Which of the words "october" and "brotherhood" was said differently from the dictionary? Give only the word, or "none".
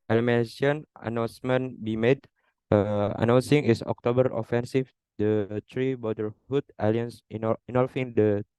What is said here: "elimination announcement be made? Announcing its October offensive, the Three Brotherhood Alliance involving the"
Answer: brotherhood